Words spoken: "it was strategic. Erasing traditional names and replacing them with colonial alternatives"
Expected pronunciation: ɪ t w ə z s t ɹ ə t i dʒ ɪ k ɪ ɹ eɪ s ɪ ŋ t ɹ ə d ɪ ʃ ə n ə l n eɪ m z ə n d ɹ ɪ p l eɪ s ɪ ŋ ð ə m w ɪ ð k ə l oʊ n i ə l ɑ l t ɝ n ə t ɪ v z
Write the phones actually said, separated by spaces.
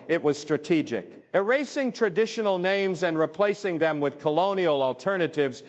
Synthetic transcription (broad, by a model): ɪ t w ə z s t ɹ ə t i dʒ ɪ k ɪ ɹ eɪ s ɪ ŋ t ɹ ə d ɪ ʃ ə n l n eɪ m z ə n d ɹ ɪ p l eɪ s ɪ ŋ ð ə m w ɪ ð k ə l oʊ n i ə l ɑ l t ɝ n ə t ɪ v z